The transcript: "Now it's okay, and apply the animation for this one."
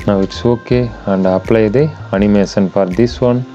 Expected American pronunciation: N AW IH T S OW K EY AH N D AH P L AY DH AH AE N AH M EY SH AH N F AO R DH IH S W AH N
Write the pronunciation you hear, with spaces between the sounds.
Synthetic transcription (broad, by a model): N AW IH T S OW K EY AH N D AH P L AY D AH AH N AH M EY S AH N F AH R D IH S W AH N